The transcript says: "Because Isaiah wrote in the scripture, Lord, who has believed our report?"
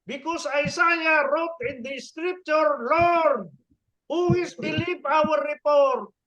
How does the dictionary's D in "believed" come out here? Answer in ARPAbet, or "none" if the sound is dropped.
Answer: none